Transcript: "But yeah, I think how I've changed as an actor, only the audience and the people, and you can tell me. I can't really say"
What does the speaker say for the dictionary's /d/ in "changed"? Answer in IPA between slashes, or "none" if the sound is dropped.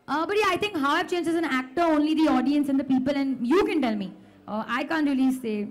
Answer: none